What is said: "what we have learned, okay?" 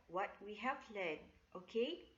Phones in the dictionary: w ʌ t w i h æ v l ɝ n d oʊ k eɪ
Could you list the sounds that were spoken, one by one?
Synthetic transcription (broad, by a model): w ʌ t w i h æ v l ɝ d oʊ k eɪ